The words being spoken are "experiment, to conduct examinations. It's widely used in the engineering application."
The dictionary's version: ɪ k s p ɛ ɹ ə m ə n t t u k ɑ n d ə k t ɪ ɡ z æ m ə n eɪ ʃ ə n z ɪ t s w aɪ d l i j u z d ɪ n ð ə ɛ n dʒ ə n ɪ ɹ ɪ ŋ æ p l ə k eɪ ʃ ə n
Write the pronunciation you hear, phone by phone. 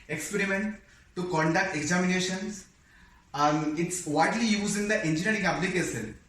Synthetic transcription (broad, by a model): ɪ k s p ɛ ɹ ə m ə n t t u k ɑ n d ə k t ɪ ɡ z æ m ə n eɪ ʃ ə n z ɪ t s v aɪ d l i j u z ɪ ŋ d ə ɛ n dʒ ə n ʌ ɹ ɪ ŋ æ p l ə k eɪ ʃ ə n